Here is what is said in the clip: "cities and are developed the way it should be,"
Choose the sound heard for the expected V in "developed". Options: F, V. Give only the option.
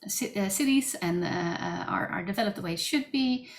V